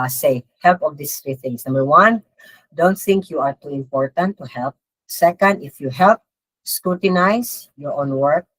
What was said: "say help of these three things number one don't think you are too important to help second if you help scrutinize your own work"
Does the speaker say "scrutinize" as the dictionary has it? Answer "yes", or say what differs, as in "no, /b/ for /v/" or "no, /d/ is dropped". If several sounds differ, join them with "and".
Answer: no, /s/ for /z/